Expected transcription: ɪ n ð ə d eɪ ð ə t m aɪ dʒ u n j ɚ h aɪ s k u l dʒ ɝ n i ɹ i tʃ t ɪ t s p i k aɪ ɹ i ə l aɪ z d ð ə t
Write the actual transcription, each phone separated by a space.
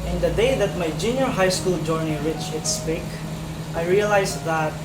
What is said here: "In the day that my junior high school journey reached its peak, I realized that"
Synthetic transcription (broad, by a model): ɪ n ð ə d eɪ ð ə t m aɪ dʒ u n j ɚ h aɪ s k u l dʒ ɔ n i ɹ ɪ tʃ ɪ t s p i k aɪ ɹ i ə l aɪ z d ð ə t